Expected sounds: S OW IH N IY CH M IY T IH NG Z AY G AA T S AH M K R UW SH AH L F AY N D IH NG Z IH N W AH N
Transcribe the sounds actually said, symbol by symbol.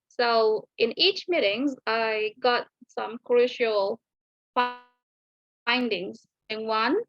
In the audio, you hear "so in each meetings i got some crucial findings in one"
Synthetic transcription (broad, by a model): S OW IH N IY CH M IY T IH NG Z AY G AA T S AH M K R UW SH AH L F AY N D IH NG Z IH N W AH N